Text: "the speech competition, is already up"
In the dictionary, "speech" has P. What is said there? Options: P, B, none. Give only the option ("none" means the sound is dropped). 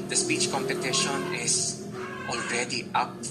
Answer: P